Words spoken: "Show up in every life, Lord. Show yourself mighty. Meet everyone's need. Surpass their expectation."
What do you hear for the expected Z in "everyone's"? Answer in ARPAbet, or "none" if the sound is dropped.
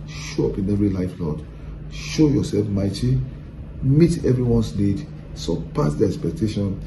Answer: S